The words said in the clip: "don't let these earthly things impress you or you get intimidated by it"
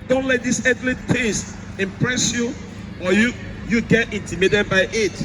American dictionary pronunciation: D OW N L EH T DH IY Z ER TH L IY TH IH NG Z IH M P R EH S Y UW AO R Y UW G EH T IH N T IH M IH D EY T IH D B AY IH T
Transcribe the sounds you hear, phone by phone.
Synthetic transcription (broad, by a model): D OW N L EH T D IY S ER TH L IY T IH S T IH M P R EH S Y UW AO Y Y UW G EH T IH N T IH M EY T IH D B AY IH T